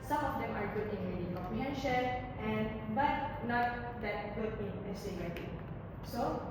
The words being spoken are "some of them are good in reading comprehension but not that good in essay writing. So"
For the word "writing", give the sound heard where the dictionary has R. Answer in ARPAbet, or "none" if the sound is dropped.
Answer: L